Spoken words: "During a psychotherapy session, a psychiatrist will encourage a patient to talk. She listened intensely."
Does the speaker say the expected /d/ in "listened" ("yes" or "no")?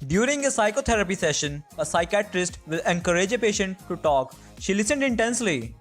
yes